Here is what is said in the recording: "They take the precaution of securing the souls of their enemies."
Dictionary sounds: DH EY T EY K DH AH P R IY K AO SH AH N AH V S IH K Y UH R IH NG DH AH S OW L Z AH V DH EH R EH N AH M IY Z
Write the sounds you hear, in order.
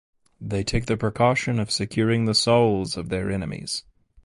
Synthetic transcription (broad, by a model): DH EY T EY K DH AH P R IY K AO SH AH N AH V S IH K Y UH R IH NG DH AH S OW L Z AH V DH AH R EH N AH M IY Z